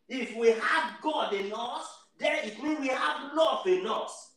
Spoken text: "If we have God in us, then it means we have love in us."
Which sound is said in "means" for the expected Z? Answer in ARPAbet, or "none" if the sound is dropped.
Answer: none